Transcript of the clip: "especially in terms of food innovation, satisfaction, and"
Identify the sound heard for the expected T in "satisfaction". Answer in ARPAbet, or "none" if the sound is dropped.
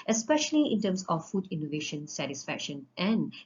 T